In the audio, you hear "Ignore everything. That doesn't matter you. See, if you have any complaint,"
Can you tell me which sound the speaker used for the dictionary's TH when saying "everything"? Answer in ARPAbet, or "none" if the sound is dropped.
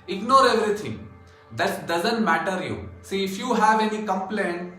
T